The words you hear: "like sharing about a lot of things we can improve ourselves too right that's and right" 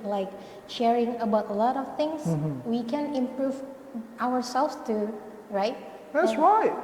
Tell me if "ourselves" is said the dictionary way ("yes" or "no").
no